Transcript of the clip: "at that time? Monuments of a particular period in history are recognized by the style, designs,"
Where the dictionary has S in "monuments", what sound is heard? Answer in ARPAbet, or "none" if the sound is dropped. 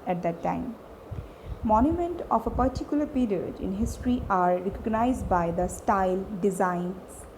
none